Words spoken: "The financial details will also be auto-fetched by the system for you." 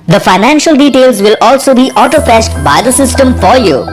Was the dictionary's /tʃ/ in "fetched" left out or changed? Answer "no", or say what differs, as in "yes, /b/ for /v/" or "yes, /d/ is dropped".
yes, /ʃ/ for /tʃ/